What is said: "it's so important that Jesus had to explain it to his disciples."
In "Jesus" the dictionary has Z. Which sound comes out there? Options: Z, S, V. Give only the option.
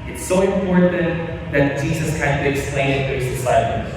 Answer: Z